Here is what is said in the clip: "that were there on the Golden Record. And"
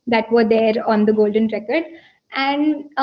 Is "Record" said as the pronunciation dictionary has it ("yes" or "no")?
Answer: yes